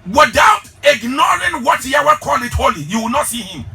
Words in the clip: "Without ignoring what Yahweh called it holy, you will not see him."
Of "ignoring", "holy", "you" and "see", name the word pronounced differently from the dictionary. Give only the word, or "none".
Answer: none